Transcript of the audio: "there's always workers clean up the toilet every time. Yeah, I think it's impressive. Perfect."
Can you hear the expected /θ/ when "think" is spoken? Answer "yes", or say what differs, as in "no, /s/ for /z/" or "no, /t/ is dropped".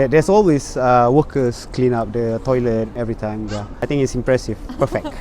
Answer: no, /t/ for /θ/